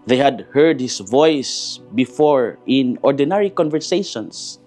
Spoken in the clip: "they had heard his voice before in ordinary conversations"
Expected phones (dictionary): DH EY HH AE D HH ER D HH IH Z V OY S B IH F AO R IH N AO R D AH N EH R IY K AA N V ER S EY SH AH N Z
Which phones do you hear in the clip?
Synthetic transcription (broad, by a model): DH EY HH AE D HH ER D HH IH S V OY S B IH F AO R IH N AO R D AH N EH R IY K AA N V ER S EY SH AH N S